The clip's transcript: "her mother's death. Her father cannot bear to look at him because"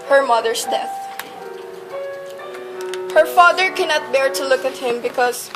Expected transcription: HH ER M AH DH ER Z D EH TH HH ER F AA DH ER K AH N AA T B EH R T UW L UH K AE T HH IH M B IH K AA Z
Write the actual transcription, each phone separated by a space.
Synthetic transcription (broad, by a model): HH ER M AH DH ER S D EH TH HH ER F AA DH ER K AH N AA T B EH R T UW L UH K AE T HH IH M B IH K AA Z